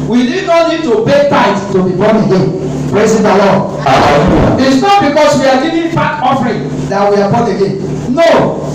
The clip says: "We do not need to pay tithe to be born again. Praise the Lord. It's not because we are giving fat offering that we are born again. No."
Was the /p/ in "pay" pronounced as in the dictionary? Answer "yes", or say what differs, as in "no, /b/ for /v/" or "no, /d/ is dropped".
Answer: no, /b/ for /p/